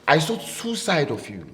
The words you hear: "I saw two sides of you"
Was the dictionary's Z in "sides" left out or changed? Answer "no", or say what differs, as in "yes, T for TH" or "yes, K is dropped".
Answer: yes, Z is dropped